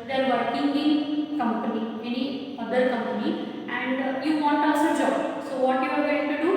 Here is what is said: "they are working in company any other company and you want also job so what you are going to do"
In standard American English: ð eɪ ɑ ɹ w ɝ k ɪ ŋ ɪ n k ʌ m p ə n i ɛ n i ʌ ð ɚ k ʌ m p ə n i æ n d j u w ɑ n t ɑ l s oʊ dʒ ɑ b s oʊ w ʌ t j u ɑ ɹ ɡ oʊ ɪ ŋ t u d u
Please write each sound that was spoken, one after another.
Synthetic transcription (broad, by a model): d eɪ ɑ ɹ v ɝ k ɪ ŋ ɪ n k ʌ m p ə n i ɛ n i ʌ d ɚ k ʌ m p ə n i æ n d j u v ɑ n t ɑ s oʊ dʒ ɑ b s oʊ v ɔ t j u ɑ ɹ ɡ oʊ ɪ ŋ t u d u